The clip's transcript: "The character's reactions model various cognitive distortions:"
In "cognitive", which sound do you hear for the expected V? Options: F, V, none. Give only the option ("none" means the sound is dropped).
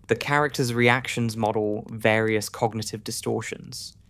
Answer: V